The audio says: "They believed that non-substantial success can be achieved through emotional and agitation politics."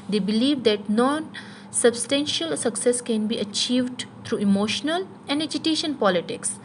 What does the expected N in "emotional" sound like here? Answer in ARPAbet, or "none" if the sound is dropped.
N